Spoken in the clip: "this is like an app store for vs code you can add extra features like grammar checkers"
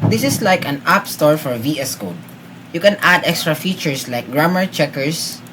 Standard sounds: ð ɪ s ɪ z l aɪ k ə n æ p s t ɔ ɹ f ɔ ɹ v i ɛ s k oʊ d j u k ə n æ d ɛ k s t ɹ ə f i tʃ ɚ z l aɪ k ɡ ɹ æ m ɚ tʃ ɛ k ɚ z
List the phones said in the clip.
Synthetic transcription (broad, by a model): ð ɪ s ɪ s l aɪ k ə n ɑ p s t ɔ ɹ f ɔ ɹ v i ɛ s k oʊ d j u k ə n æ d ɛ k s t ɹ ə f i tʃ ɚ s l aɪ k ɡ ɹ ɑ m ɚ tʃ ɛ k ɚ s